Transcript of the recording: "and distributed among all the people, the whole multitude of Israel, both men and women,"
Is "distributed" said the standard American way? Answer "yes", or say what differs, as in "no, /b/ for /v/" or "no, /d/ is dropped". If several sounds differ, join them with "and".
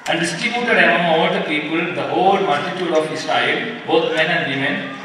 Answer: no, /ɹ/ is dropped